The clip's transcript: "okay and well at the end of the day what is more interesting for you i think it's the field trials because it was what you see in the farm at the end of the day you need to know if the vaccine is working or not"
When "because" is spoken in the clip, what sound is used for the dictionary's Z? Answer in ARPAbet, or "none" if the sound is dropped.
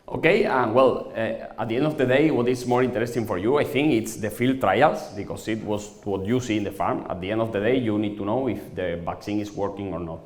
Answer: S